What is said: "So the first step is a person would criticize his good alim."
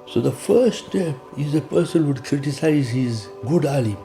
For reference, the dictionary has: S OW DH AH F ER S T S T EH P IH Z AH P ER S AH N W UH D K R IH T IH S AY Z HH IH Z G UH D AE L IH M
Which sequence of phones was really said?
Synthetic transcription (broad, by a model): S OW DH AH F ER T S T EH P IH Z AH P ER S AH N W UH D K R IH T IH S AY Z HH IH Z G UH D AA L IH